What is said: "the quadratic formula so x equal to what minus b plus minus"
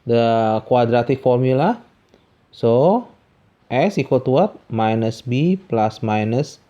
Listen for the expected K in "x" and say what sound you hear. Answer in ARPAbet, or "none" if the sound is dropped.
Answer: none